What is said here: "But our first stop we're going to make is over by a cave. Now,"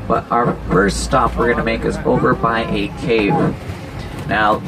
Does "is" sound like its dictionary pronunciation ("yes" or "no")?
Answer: no